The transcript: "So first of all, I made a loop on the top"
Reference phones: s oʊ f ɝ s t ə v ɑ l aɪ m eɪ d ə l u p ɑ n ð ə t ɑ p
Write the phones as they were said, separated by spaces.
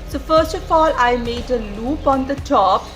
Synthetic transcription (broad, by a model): s oʊ f ɝ s t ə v ɑ l aɪ m eɪ d ə l u p ɑ n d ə t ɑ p